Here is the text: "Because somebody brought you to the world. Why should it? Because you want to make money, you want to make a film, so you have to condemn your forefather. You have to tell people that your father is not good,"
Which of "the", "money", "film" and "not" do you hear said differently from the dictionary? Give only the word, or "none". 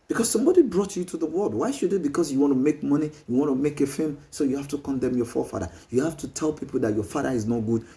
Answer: film